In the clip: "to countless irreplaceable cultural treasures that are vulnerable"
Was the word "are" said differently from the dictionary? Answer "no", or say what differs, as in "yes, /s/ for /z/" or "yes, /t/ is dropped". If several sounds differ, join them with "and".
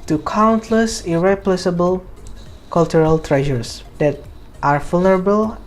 no